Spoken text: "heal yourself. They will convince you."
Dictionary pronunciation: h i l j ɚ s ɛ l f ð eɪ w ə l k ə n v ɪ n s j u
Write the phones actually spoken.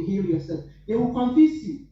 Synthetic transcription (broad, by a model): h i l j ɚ s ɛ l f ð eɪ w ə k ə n f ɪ s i